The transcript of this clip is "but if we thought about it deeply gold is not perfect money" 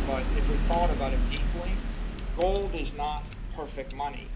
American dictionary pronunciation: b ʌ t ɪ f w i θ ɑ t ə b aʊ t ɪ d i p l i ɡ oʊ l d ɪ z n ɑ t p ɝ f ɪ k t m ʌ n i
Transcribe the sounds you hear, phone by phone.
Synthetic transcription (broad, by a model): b ʌ t ɪ f w i θ ɑ t ə b aʊ t ɪ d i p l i ɡ oʊ l d ɪ z n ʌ t p ɝ f ɪ k t m ʌ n i